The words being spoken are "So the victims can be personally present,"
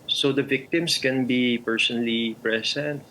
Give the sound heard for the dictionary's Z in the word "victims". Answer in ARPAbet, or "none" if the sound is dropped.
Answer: S